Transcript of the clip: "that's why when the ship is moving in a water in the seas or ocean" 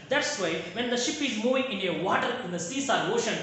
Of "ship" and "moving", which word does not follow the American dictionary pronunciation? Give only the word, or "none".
none